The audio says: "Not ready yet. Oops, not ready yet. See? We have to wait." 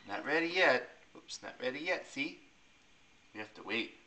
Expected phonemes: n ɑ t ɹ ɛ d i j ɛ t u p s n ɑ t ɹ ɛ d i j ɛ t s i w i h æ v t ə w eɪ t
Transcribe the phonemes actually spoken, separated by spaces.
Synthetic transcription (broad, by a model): n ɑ t ɹ ɛ d i j ɛ t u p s n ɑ t ɹ ɛ d i j ɛ t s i w i h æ f t ə w eɪ t